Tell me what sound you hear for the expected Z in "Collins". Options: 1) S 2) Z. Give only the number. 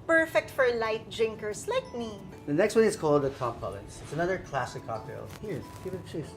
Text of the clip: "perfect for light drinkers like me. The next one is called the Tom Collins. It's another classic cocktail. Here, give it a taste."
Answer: 1